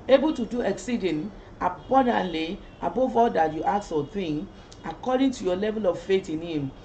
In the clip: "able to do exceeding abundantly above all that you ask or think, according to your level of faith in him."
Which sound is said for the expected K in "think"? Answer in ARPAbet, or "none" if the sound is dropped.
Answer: none